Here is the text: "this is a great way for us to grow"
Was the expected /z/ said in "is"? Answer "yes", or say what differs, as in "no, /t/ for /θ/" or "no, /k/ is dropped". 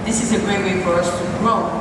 yes